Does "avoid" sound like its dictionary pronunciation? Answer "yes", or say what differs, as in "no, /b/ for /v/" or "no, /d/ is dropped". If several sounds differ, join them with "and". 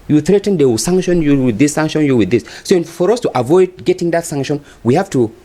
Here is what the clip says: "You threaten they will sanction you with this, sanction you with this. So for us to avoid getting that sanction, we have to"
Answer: yes